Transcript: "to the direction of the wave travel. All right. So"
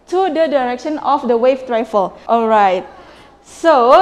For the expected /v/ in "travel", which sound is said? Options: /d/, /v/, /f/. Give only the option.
/f/